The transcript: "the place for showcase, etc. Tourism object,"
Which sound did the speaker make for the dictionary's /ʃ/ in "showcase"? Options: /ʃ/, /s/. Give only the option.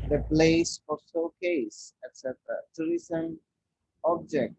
/s/